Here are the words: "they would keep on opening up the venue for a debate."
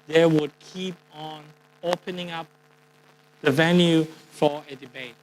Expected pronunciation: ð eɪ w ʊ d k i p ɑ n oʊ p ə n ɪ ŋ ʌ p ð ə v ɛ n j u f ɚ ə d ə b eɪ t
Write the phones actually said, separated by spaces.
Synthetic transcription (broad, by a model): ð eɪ w ʊ d k i p ɑ n oʊ p ə n ɪ ŋ ʌ p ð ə v ɛ n j u f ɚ ə d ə b eɪ t